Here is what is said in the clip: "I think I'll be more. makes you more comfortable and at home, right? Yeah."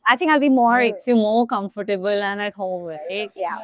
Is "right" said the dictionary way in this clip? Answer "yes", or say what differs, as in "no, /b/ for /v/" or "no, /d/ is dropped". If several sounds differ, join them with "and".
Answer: no, /l/ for /ɹ/